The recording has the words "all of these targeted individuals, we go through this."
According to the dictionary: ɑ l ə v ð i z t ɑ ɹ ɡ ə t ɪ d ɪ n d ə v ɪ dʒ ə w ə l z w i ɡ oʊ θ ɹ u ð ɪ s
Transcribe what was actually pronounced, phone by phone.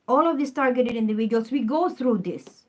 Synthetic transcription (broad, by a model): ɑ l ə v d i s t ɑ ɹ ɡ ə t ɪ d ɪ n d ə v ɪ dʒ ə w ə l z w i ɡ oʊ t ɹ u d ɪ s